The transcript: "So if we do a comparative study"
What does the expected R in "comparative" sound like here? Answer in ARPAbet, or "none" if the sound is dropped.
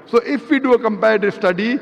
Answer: none